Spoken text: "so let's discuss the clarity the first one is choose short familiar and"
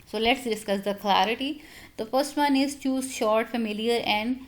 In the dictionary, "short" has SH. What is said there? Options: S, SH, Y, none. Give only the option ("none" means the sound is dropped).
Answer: SH